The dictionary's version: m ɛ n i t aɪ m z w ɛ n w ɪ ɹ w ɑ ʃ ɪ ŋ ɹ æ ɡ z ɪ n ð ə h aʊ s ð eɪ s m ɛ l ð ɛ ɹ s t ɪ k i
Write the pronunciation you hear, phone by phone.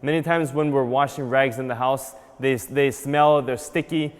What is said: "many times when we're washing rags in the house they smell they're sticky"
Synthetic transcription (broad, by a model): m ɛ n i t aɪ m z w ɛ n w ɪ ɹ w ɑ ʃ ɪ ŋ ɹ æ ɡ z ɪ n ð ə h aʊ s ð eɪ s m ɛ l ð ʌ ɹ s t ɪ k i